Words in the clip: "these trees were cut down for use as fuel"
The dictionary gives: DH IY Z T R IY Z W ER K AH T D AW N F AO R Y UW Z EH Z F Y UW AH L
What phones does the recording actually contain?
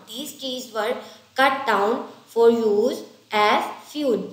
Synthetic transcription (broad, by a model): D IY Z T IY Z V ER K AH T D AW N F AO R Y UW Z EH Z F Y UW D